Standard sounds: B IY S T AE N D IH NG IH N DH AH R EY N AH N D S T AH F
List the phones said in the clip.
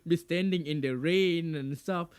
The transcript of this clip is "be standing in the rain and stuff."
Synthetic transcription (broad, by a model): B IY S T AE N D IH NG IH N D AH R EY N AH N S T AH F